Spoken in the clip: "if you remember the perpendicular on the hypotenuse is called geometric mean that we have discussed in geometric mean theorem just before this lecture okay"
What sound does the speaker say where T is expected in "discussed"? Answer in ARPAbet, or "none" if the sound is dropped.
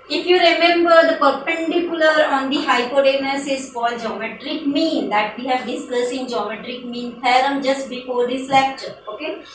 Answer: none